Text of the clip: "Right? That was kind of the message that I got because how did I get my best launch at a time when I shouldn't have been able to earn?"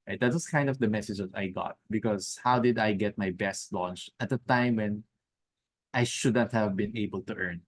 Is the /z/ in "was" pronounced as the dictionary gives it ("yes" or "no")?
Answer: no